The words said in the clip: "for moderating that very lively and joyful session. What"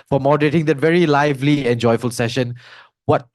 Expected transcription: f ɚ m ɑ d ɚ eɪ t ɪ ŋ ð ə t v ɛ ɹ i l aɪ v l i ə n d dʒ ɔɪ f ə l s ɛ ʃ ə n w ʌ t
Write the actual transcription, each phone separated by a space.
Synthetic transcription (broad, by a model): f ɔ m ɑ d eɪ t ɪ ŋ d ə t v ɛ ɹ i l aɪ v l i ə n dʒ ɔɪ f ə l s ɛ ʃ ə n w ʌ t